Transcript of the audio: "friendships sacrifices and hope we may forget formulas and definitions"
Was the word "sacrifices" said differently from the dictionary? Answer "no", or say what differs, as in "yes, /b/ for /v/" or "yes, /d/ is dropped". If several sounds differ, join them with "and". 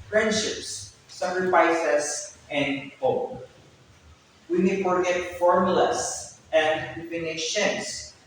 yes, /s/ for /z/